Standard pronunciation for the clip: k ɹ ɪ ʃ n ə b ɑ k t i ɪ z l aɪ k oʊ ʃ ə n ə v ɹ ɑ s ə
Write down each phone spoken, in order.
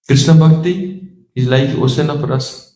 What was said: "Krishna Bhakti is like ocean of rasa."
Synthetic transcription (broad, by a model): k ɹ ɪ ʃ n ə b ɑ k t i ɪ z l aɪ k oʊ s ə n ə p ɹ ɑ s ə